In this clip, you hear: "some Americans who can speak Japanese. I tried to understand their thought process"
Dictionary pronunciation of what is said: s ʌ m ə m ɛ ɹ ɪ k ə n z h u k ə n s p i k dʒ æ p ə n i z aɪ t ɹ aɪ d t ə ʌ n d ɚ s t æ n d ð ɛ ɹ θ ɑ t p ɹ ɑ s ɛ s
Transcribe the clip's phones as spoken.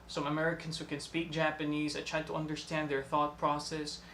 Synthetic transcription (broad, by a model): s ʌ m ə m ɛ ɹ ɪ k ə n z h u k ə n s p i k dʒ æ p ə n i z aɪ t ɹ aɪ d t ə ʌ n d ɚ s t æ n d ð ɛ ɹ θ ɑ t p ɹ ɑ s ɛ s